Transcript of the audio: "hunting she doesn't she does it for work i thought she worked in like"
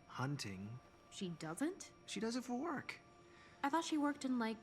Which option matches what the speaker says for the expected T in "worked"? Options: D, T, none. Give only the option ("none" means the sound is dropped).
T